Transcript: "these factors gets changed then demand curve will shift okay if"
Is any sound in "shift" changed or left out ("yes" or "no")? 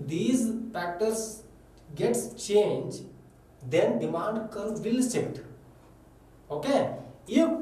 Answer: yes